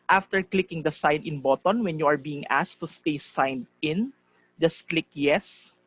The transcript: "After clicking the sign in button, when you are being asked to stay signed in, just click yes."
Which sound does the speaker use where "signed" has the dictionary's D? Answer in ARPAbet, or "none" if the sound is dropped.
D